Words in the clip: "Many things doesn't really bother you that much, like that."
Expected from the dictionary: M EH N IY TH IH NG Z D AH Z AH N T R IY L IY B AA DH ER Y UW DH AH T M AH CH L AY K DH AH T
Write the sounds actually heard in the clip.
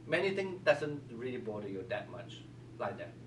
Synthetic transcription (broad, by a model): M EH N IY T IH NG D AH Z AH N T R IY L IY B AA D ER Y UW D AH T M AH CH L AY K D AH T